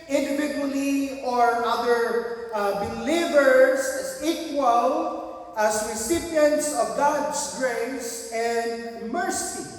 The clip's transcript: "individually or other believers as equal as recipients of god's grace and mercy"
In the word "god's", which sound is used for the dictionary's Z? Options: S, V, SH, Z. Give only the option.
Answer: S